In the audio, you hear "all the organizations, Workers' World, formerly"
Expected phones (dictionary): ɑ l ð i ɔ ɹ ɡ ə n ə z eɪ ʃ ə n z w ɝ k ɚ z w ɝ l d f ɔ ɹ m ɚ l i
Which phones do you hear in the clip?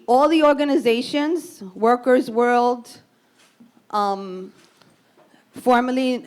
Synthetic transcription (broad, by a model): ɑ l ð i ɔ ɹ ɡ ə n ə z eɪ ʃ ə n z w ɝ k ɚ z w ɝ l d f ɔ ɹ m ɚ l i